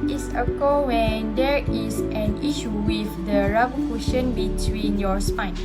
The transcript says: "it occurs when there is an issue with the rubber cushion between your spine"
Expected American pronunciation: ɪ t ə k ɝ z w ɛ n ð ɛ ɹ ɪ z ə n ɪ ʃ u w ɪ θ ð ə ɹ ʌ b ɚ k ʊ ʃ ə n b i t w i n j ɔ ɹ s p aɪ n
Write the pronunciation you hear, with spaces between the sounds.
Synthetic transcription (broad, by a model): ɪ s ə k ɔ w ɛ n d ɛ ɹ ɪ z ə n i ʃ u w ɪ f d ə ɹ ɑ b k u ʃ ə n b i t w i n j ɔ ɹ s p aɪ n